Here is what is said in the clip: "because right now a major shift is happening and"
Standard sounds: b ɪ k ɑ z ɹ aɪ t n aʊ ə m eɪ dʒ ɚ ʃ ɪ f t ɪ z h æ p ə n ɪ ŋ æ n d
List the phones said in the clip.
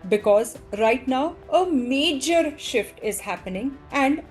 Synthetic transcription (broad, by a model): b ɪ k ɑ z ɹ aɪ t n aʊ ə m eɪ dʒ ɚ ʃ ɪ f t ɪ z h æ p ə n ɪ ŋ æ n d